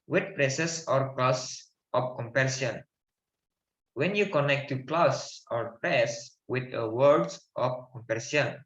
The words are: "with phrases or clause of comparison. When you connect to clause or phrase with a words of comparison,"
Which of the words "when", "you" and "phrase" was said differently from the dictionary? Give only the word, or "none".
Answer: phrase